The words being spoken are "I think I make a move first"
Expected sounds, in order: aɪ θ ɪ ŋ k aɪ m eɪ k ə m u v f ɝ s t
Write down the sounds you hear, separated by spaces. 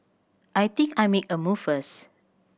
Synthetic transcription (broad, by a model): aɪ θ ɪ ŋ k aɪ m eɪ k ə m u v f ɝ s